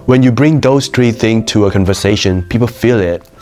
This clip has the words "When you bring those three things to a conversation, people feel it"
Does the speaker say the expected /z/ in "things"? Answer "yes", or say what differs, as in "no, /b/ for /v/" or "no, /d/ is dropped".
no, /z/ is dropped